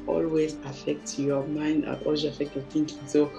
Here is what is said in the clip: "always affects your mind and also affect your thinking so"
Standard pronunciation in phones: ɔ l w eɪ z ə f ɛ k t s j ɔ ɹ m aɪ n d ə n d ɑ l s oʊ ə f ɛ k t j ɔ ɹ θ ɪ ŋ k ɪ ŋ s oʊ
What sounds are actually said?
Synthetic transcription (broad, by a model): ɔ l w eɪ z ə f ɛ k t j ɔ m aɪ n d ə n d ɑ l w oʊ ə f ɛ k t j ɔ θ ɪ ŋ k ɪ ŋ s oʊ